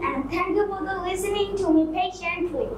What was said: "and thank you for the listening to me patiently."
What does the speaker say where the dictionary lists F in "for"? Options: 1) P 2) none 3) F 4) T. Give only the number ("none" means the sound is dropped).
1